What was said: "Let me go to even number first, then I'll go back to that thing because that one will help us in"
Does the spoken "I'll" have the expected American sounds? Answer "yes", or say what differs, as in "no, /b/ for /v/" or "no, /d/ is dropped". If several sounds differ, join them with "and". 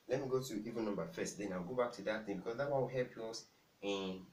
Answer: no, /w/ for /l/